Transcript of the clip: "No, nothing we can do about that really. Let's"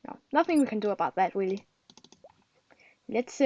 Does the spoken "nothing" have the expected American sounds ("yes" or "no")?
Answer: yes